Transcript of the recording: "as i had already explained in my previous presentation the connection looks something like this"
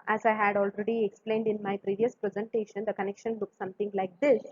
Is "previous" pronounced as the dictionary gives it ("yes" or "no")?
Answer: yes